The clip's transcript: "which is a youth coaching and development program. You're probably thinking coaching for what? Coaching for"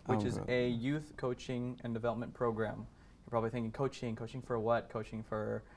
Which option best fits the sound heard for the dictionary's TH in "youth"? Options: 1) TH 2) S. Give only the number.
1